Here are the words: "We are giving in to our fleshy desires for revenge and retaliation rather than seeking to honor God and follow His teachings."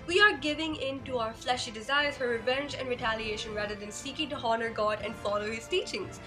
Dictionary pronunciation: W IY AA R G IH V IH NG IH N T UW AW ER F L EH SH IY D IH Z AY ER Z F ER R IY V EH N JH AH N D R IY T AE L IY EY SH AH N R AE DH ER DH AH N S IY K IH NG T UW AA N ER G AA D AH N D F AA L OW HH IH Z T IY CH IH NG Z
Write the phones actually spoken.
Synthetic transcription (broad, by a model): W IY AA R G IH V IH NG IH N T UW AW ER F L EH SH IY D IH Z AY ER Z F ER R IY V EH N JH AH N D R IY T AE L IY EY SH AH N R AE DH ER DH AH N S IY K IH NG T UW AA N ER G AA D AH N D F AA L OW HH IH Z T IY CH IH NG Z